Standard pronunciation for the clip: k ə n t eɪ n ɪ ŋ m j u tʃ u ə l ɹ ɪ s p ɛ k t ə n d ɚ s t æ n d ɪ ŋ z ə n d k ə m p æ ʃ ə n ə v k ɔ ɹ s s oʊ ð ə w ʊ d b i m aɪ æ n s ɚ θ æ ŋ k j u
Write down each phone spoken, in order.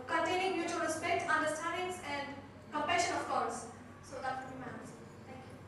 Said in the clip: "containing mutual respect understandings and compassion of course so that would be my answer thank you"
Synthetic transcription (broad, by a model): k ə n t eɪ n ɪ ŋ m j u tʃ u ə l ɹ ɪ s p ɛ k t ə n d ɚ s t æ n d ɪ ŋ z ə n d k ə m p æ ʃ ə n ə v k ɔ l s s oʊ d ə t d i m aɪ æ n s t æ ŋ k j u